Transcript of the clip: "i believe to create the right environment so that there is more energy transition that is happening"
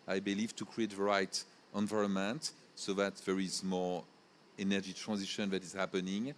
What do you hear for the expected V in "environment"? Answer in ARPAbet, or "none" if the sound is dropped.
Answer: V